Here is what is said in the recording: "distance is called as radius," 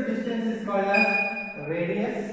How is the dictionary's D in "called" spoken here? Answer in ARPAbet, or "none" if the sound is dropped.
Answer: none